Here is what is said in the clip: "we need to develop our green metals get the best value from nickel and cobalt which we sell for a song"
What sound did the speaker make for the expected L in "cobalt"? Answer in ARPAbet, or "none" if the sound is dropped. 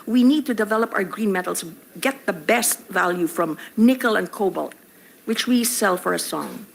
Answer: L